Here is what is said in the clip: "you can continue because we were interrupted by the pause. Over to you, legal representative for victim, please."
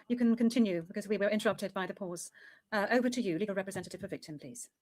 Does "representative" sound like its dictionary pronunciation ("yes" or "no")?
yes